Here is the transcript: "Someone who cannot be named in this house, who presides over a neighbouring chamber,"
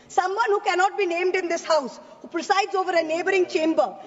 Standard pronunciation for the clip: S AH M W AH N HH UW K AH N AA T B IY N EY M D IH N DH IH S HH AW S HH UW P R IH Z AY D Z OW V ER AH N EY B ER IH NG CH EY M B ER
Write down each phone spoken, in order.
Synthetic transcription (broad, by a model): S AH M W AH N HH UW K AH N AA T B IY N EY M D IH N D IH S HH AW S HH UW P R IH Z AY D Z OW V ER AH N EY B ER IH NG CH EY M B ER